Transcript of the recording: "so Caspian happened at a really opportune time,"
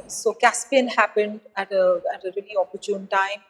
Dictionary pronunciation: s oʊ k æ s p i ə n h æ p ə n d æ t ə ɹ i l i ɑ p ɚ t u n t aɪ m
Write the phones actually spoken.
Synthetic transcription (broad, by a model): s oʊ k æ s p i ə n h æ p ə n d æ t ə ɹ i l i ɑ p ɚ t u n t aɪ m